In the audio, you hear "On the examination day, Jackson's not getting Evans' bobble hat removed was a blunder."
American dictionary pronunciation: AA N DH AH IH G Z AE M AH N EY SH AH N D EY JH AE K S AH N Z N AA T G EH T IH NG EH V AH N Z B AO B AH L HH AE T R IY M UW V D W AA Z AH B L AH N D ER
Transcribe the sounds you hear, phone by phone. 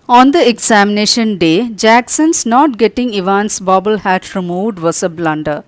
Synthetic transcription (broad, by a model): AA N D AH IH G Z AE M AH N EY SH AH N D EY JH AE K S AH N S N AA T G EH T IH NG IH V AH N S B AO B AH L HH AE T R IY M UW V D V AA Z AH B L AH N D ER